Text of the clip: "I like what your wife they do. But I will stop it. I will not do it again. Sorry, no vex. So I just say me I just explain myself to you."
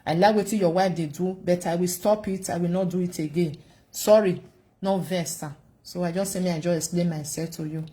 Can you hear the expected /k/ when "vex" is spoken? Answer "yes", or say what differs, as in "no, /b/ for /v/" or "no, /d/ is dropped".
no, /k/ is dropped